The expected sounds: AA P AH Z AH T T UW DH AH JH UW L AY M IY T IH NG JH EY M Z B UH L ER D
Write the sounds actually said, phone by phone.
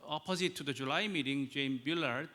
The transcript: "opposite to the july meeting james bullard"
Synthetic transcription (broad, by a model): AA P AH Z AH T T UW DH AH JH UW L AY M IY T IH NG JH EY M B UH L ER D